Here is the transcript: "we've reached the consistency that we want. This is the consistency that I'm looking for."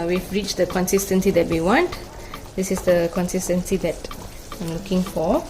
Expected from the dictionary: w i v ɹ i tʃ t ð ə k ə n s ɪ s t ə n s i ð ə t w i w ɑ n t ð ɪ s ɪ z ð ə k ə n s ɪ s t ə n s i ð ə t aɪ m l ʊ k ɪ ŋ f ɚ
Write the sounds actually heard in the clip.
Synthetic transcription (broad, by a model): w i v ɹ i tʃ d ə k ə n s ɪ s t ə n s i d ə t w i w ɑ n t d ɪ s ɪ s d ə k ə n s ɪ s t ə n s i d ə t aɪ m l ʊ k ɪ ŋ f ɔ